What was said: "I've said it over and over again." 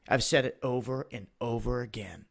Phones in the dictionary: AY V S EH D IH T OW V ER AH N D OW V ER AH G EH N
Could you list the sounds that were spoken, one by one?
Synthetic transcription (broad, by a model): AY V S EH D IH T OW V ER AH N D OW V ER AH G EH N